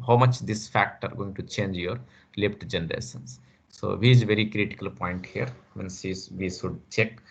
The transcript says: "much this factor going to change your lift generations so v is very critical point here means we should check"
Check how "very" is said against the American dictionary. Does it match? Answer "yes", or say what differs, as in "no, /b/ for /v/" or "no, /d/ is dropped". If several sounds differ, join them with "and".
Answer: yes